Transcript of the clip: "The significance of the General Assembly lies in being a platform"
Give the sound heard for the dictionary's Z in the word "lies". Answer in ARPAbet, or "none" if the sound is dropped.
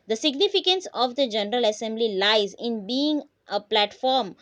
Z